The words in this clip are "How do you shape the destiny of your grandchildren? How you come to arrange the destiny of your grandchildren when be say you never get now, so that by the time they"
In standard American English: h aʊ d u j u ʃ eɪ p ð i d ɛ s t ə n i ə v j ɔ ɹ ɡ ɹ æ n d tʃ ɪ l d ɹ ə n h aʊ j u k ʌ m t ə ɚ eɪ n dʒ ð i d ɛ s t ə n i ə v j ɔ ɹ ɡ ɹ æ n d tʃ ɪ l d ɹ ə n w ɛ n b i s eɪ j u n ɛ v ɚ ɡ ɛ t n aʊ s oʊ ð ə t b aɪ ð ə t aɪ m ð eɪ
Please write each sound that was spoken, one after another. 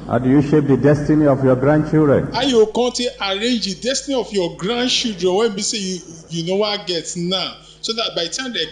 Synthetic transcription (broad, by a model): h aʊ d u j u ʃ eɪ p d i d ɛ s t ə n i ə f j ɔ ɡ ɹ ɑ n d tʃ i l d ɹ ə n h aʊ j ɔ k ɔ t t ə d eɪ n dʒ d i d ɛ s t ə n i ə f j ɔ ɡ ɹ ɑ n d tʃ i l d ɹ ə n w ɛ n b i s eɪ j u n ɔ w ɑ ɡ ɛ t n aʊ s oʊ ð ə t b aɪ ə t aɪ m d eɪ